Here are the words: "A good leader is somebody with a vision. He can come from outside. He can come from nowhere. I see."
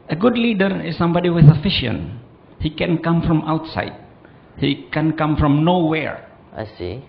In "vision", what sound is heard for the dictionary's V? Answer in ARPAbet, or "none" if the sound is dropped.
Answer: F